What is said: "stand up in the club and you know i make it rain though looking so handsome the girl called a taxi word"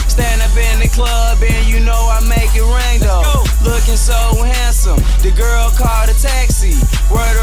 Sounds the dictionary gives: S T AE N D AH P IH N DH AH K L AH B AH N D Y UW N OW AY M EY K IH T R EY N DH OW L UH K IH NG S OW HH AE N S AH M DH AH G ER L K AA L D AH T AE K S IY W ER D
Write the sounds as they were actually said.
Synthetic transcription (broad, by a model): S T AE N D AH P IH N DH AH K L AH B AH N Y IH N OW AY M EY K IH T R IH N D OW L UH K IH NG S OW HH AE N S AH M DH AH G ER L K AA L D AH T AE K S IY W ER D